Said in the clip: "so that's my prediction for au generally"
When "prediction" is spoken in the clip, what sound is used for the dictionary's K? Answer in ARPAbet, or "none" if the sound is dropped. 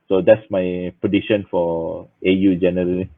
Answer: none